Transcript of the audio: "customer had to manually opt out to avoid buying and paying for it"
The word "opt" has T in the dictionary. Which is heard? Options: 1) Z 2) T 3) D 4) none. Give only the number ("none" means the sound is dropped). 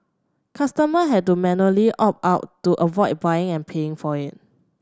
4